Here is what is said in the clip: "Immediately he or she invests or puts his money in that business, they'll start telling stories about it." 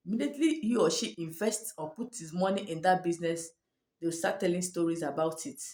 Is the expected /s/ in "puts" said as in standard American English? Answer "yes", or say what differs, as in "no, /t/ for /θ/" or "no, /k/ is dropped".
no, /s/ is dropped